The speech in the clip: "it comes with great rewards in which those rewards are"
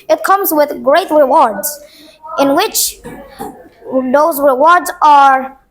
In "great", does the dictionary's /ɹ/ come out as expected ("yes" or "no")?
yes